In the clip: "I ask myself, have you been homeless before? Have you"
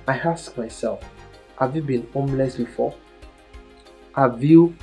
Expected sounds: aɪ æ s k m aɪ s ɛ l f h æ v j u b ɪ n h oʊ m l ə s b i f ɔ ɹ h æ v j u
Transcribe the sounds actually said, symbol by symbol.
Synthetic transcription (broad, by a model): aɪ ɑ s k m aɪ s ɛ l f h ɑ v j u b ɪ n h oʊ m l ə s b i f ɔ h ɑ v j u